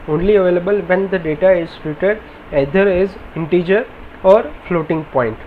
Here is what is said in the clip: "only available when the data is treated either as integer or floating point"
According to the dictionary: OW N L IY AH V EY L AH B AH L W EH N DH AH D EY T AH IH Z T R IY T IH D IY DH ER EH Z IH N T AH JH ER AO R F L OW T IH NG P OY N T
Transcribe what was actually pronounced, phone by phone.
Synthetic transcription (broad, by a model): OW N L IY AH V EY L AH B AH L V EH N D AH D EY T AH IH Z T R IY T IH D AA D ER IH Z IH N T AH JH ER AO R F L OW T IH NG P OY N T